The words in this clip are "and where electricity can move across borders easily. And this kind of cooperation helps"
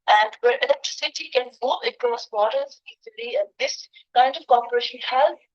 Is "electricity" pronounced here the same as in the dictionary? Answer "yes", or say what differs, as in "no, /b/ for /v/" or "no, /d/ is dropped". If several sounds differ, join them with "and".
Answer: yes